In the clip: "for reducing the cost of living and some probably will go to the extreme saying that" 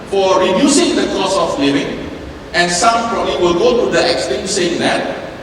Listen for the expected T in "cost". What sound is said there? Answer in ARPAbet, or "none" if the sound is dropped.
none